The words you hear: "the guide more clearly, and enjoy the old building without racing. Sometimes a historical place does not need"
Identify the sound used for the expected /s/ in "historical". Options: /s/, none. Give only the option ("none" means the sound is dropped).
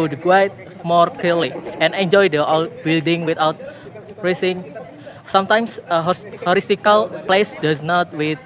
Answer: none